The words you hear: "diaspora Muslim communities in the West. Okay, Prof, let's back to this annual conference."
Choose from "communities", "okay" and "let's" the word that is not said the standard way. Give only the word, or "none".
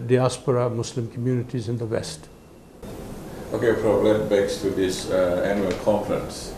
let's